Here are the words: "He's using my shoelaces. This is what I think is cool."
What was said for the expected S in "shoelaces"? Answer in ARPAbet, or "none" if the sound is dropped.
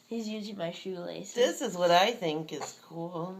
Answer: none